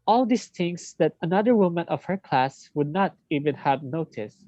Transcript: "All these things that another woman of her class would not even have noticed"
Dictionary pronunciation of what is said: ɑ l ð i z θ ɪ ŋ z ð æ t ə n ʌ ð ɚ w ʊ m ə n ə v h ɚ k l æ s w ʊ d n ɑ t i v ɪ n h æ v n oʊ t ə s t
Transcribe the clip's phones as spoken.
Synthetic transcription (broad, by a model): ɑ l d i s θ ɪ ŋ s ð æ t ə n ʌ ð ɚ w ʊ m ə n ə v h ɚ k l æ s w ʊ d n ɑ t i v ɪ n h æ v n oʊ t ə s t